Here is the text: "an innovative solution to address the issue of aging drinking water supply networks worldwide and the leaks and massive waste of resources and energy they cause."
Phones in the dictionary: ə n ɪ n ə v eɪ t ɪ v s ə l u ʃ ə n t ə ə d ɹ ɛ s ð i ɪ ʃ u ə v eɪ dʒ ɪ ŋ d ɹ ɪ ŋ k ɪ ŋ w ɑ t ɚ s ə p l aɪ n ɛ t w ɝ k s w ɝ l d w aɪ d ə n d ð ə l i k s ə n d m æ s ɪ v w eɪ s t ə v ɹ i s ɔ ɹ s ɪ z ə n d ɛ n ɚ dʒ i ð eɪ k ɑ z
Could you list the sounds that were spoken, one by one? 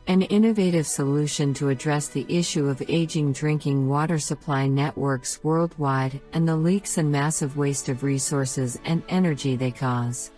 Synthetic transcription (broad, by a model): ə n ɪ n ə v eɪ t ɪ v s ə l u ʃ ə n t ə ə d ɹ ɛ s ð i ɪ ʃ u ə v eɪ dʒ ɪ ŋ d ɹ ɪ ŋ k ɪ ŋ w ɑ t ɚ s ə p l aɪ n ɛ t w ɝ k s w ɝ l d w aɪ d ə n ð ə l i k s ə n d m æ s ɪ v w eɪ s t ə v ɹ i s ɔ ɹ s ɪ z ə n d ɛ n ɚ dʒ i ð eɪ k ɑ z